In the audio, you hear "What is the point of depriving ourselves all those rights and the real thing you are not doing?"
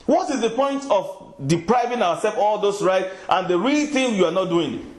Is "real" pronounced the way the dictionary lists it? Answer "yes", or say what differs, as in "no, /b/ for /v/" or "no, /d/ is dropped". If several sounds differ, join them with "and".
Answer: yes